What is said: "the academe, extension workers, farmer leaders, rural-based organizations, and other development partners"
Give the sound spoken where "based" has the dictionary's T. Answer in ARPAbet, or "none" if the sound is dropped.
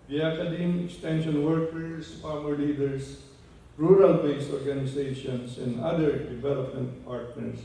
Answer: none